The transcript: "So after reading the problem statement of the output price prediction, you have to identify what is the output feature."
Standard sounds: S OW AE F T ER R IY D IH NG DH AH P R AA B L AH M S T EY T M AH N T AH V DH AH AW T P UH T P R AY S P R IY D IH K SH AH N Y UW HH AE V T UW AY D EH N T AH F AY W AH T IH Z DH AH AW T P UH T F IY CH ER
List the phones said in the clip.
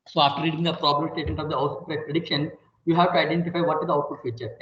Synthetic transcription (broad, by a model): S OW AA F T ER R IY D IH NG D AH P R AA B L AH M S T EY T M AH N T AH V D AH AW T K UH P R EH P R IY D IH K SH AH N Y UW HH AE V T UW AY D EH N T AH F AY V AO T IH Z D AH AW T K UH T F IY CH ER